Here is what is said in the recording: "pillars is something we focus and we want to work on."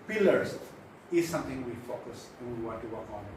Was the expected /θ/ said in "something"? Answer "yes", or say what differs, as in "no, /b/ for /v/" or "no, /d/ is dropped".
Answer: no, /t/ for /θ/